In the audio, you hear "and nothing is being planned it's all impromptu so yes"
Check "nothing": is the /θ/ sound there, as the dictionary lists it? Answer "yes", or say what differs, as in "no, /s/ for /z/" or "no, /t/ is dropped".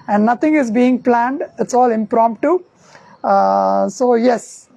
no, /t/ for /θ/